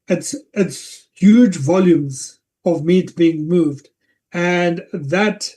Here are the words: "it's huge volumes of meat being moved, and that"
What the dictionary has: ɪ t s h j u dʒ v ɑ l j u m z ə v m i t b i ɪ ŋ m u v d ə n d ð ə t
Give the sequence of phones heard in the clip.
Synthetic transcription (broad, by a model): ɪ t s h j u dʒ v ɑ l j u m z ə v m i t b i ɪ ŋ m u v d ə n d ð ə t